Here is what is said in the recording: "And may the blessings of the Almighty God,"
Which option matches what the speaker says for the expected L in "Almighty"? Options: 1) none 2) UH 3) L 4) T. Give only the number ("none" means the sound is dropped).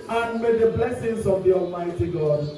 3